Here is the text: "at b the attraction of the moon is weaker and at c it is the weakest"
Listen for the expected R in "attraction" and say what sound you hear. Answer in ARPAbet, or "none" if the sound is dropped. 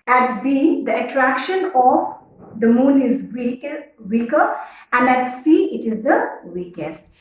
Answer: R